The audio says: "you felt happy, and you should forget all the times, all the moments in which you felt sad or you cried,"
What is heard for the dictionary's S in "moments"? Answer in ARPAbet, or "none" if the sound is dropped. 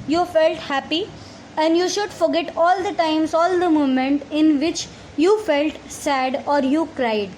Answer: none